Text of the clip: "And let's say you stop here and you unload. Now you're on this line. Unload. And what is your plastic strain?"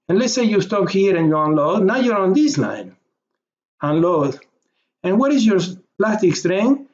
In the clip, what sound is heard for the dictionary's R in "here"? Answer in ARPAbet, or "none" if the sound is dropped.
R